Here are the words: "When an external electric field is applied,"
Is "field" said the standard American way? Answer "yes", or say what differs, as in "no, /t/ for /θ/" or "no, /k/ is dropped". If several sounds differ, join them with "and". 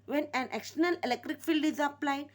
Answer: yes